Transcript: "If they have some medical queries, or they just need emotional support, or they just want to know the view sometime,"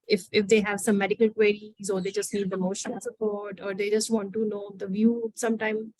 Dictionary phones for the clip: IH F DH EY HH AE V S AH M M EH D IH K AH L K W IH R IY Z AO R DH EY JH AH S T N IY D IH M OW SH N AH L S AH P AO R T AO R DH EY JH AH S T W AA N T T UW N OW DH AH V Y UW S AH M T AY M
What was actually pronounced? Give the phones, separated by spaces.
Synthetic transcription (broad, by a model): IH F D EY HH AE V S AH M M EH D IH K AH L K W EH R IY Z AO R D EY JH AH S T N IY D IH M OW SH AH N S AH P AO R T AO R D EY JH AH S T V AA N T T UW N OW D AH V Y UW S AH M T AY M